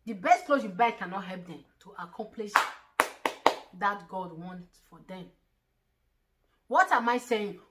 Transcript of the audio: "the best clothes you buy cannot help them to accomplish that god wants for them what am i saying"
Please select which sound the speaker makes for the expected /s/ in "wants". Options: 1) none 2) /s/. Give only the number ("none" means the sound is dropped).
1